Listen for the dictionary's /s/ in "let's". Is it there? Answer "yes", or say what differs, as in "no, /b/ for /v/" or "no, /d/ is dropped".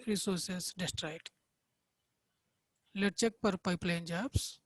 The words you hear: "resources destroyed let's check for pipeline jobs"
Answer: no, /s/ is dropped